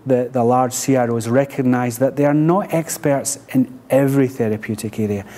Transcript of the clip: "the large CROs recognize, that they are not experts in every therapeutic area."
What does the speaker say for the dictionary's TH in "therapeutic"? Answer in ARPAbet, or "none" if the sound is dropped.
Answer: TH